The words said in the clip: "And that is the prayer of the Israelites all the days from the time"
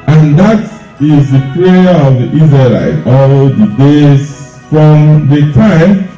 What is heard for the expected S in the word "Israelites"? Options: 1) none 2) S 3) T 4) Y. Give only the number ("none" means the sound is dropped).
1